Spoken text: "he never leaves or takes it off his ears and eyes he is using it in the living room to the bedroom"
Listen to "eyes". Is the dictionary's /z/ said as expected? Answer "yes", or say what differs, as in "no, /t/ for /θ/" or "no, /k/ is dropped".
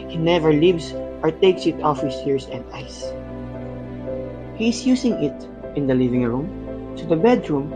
no, /s/ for /z/